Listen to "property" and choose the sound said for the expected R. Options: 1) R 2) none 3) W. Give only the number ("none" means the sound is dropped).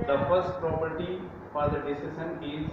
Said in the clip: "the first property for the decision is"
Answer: 1